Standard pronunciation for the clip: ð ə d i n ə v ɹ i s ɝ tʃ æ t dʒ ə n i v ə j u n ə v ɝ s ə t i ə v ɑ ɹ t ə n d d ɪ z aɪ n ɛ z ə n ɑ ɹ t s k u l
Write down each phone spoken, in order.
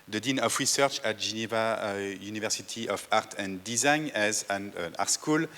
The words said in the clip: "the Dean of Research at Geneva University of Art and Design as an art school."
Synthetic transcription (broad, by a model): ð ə d i n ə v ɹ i s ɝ tʃ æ t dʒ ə n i v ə j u n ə v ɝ s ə t i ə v ɑ ɹ t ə n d d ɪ z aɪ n ɛ z ə n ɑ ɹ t s k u l